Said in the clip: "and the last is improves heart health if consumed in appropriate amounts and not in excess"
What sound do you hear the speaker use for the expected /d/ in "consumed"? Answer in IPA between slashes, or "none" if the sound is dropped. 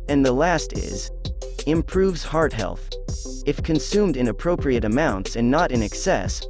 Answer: /d/